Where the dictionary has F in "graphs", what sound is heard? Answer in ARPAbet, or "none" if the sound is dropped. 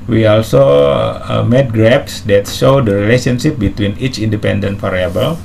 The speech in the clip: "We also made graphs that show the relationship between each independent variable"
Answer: P